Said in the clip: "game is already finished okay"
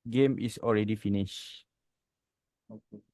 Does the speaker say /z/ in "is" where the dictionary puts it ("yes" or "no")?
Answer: no